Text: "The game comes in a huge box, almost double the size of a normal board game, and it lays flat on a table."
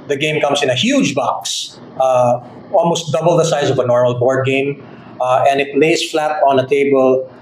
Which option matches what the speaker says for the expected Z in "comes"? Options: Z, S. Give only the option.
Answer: S